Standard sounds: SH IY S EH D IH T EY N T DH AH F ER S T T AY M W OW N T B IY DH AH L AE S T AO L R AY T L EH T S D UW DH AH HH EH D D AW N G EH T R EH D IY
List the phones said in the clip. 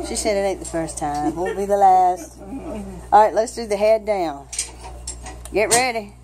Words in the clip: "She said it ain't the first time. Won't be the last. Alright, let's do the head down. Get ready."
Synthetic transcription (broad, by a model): SH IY S EH D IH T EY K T DH AH F ER S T T AY M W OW B IY DH AH L AE S T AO R AY T L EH T S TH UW DH AH HH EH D D AW N G EH T R EH D IY